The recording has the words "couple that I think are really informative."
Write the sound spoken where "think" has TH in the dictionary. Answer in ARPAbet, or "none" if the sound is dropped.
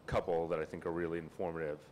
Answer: TH